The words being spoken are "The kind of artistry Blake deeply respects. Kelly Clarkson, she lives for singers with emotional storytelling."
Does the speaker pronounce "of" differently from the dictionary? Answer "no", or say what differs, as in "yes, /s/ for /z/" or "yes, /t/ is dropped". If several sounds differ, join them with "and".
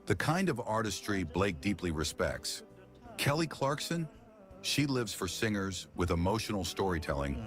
no